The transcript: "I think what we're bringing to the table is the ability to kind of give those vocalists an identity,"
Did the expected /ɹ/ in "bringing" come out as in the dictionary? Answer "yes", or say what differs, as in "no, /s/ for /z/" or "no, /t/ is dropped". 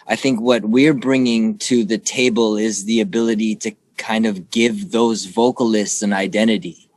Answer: yes